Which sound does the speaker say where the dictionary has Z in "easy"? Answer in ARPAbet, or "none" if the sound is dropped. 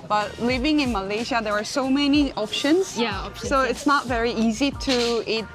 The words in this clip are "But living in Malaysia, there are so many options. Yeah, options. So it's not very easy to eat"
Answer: Z